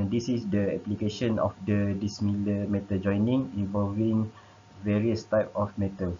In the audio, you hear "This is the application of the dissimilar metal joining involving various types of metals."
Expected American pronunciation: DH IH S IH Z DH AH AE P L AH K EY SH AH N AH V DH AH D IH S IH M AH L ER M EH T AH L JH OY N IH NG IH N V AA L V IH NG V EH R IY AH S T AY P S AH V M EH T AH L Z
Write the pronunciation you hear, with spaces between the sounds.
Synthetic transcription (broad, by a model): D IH S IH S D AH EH P L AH K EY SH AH N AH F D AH D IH S M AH L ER M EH T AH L JH OY N IH NG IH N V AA L V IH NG V EH R IY AH S T AY P AH F M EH T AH L